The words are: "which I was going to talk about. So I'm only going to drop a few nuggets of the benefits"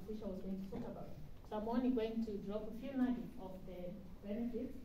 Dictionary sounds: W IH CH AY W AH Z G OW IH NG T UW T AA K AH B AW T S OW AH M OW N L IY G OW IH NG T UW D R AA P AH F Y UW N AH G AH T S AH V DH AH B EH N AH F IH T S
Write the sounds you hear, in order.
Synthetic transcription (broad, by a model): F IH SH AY W AH Z G OW IH NG T UW T AA K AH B AW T S OW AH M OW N IY G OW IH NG T UW D R AA P AH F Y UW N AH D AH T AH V DH AH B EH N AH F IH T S